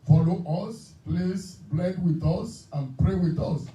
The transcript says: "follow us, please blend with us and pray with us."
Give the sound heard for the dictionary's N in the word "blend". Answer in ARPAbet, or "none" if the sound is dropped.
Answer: none